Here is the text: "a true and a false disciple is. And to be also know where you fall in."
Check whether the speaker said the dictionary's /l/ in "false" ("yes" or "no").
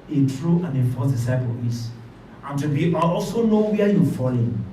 no